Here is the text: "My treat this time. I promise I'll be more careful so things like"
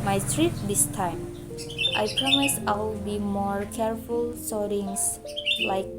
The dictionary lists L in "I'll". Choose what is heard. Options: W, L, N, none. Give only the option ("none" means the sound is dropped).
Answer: W